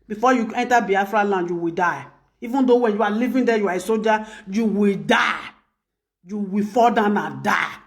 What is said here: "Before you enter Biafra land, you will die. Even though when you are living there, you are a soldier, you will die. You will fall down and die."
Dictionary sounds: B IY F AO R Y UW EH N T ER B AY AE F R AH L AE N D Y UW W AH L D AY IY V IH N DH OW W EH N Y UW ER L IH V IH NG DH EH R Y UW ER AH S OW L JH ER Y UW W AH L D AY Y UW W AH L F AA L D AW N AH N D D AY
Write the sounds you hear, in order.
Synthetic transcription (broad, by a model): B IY F AO Y UW EH N T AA B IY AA F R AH L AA N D Y UW W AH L D AY IY V IH N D OW W EH N Y UW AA L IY V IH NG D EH Y UW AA AH S OW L JH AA Y UW W AH L D AY Y UW W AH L F AA L D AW N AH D D AY